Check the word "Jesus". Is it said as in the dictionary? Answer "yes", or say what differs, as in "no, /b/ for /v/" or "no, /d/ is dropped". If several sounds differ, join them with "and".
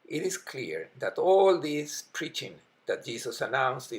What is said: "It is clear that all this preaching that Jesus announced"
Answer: no, /s/ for /z/